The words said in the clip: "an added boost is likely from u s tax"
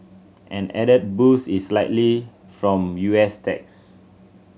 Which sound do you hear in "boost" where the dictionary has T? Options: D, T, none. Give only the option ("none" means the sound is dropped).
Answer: none